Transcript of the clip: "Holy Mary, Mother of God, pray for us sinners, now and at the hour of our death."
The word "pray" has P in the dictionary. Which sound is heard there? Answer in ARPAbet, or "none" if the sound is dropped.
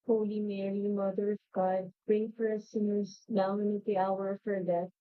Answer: B